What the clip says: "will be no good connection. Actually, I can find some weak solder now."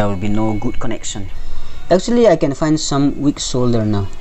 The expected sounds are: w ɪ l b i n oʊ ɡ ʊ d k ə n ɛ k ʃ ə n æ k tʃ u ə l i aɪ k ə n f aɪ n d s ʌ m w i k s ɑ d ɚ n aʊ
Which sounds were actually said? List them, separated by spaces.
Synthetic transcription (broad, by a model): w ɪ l b i n oʊ ɡ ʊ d k ə n ɛ k ʃ ə n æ k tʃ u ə l i aɪ k ə n f aɪ n d s ʌ m w i k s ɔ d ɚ n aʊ